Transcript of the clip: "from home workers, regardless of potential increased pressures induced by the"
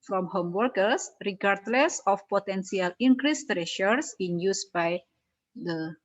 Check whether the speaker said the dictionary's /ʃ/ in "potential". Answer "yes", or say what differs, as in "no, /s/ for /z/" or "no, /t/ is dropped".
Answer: no, /s/ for /ʃ/